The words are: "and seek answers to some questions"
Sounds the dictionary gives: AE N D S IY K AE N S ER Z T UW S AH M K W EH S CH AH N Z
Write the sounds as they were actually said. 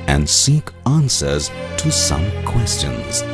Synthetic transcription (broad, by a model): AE N D S IY K AE N S ER Z T UW S AH M K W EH S CH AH N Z